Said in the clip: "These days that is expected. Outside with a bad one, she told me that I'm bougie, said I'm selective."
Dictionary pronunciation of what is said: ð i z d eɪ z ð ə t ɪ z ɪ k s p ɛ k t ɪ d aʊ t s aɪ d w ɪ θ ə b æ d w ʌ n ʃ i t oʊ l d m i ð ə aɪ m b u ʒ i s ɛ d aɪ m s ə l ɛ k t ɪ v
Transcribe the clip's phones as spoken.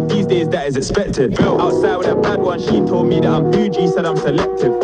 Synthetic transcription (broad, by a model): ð i z d eɪ z ð ə t ɪ z ɪ k s p ɛ k t ɪ d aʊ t s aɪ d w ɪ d ə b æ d w ʌ n ʃ i t oʊ l d m i ð ə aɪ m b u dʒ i s ɛ d aɪ m s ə l ɛ k t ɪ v